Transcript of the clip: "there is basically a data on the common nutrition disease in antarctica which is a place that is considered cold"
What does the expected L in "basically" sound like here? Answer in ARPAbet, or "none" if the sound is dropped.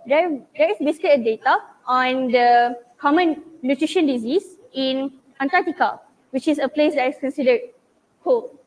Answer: none